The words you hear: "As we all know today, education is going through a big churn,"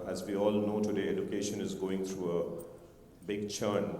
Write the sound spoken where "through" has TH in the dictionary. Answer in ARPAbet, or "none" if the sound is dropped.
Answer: T